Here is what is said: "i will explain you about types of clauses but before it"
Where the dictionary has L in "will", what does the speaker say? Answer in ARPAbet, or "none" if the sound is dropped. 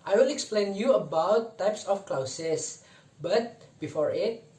N